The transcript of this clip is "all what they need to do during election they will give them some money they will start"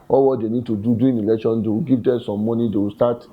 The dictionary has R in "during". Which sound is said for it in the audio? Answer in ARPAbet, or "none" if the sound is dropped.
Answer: none